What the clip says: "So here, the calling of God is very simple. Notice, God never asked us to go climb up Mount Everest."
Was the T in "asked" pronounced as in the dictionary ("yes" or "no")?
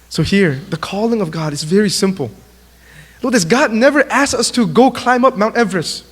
no